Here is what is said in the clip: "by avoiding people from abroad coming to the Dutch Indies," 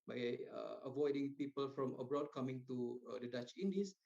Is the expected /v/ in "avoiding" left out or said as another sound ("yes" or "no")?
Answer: no